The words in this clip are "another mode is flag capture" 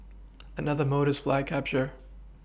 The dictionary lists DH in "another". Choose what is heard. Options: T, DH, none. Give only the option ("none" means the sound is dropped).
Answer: DH